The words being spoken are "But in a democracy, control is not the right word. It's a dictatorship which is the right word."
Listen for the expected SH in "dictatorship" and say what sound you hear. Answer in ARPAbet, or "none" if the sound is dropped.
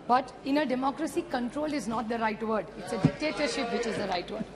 SH